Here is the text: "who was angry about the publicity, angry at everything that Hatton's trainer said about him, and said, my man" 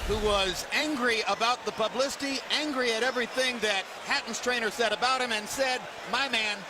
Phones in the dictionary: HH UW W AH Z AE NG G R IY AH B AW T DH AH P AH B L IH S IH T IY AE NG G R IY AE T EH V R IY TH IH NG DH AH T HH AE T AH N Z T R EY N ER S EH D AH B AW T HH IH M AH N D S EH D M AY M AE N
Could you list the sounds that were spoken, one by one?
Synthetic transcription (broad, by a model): HH UW W AH Z AE NG G R IY AH B AW T DH AH P AH B L IH S IH T IY AE NG G R IY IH T EH V R IY TH IH NG DH AH T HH AE T N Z T R EY N ER S EH D AH B AW T HH IH M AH N S EH D M AY M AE N